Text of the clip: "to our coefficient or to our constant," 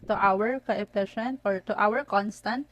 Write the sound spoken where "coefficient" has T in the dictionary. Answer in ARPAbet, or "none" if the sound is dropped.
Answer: none